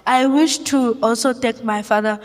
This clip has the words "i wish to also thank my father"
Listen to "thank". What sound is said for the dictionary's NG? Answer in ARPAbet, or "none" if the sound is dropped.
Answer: none